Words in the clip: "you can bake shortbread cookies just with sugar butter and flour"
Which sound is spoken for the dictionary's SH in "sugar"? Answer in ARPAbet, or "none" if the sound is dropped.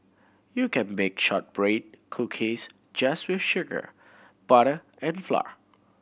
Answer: SH